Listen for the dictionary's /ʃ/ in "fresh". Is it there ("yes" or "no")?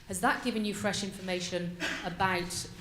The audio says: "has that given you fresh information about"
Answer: yes